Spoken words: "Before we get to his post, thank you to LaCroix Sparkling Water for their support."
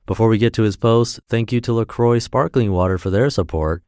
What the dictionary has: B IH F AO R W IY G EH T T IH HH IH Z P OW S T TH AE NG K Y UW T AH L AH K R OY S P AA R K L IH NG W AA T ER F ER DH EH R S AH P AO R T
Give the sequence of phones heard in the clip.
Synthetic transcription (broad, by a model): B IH F AO R W IY G EH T T IH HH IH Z P OW S T TH AE NG K Y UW T AH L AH K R OY S P AA R K L IH NG W AA T ER F ER DH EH R S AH P AO R T